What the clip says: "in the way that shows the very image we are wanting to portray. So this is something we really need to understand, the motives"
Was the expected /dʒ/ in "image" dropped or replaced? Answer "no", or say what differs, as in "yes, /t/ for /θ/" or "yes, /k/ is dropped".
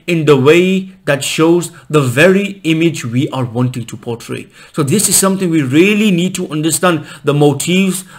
no